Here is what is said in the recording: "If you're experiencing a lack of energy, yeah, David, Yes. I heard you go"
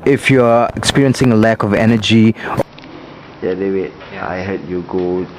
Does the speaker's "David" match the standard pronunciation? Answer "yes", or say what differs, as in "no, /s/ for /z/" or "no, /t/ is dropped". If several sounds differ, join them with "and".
no, /w/ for /v/